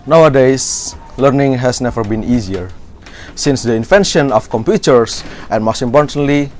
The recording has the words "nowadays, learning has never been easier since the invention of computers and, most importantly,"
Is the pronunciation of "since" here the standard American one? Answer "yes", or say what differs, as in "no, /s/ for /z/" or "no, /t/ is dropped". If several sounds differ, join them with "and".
yes